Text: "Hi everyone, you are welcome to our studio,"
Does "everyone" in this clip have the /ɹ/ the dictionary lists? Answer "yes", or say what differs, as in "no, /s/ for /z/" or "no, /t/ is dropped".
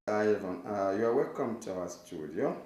no, /ɹ/ is dropped